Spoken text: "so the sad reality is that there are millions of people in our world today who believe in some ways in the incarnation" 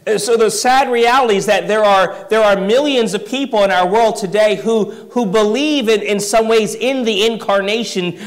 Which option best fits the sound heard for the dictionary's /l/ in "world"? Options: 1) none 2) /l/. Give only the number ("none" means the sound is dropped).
2